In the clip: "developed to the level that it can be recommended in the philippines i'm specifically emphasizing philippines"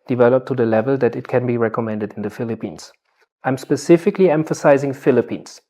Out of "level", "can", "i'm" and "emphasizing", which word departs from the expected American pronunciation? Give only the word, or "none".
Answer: none